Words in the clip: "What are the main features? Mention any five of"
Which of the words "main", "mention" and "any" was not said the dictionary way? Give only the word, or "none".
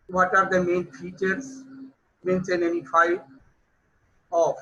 mention